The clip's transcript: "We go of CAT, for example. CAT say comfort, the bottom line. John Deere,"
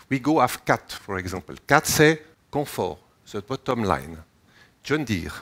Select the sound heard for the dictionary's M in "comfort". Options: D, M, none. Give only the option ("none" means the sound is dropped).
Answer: none